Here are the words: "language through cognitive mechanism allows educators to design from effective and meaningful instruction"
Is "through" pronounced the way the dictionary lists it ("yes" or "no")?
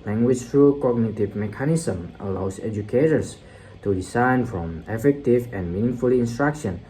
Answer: no